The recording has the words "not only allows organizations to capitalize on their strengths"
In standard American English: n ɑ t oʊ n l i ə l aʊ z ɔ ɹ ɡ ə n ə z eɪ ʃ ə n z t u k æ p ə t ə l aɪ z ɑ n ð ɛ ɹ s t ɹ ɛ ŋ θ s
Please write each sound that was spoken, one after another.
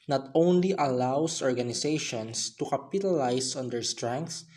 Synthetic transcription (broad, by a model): n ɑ t oʊ n l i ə l aʊ s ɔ ɹ ɡ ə n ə s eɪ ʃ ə n s t u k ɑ p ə t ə l aɪ s ɑ n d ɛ ɹ s t ɹ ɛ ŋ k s